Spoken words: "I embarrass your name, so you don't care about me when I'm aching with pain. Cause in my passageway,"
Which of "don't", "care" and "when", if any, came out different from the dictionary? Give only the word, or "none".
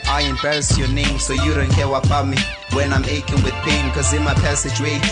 care